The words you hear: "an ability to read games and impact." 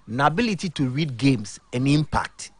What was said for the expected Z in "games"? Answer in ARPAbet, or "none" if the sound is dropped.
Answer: S